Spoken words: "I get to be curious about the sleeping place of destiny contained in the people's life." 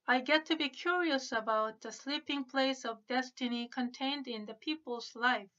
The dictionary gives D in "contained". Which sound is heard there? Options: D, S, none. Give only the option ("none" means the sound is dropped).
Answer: D